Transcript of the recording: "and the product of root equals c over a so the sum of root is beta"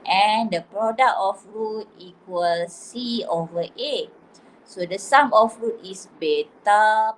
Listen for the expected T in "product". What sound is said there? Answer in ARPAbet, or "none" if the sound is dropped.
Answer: none